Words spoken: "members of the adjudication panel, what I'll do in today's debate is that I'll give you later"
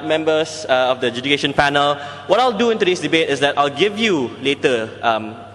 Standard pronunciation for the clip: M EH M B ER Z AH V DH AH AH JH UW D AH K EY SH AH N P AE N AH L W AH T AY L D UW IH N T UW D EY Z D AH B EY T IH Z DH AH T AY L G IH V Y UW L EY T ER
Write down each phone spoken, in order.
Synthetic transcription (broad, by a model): M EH M B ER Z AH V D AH AH JH UW D AH K EY SH AH N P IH N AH L W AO T AY L D UW IH N T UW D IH S D AH B EY T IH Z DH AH T AY L G IH V Y UW L EY T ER